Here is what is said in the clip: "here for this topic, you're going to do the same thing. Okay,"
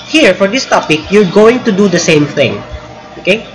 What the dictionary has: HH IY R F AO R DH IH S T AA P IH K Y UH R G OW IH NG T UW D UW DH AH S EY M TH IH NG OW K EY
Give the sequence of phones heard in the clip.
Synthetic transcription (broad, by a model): HH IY R F AO R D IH S T AA P IH K Y UH R G OW IH NG T UW D UW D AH S EY M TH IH NG OW K EY